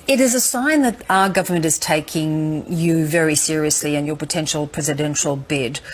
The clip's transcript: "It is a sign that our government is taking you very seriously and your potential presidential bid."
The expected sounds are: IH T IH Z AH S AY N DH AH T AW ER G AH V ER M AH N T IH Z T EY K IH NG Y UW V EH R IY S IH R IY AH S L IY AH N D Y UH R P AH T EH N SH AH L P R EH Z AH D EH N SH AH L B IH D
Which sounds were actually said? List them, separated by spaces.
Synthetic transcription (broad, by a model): IH T IH Z AH S AY N DH AH T AW ER G AH V ER M AH N T IH Z T EY K IH NG Y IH V EH R IY S IH R IY AH S L IY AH N Y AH R P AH T EH N SH L P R EH Z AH D EH N SH L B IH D